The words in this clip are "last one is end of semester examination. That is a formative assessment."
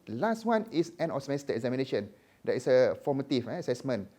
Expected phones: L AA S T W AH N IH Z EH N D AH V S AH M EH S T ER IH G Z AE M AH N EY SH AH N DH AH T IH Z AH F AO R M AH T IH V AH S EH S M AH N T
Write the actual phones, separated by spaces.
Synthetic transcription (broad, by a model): L AA S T W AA N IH S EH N AH F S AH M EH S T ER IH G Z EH M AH N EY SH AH N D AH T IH S AH F AO M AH T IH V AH S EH S M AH N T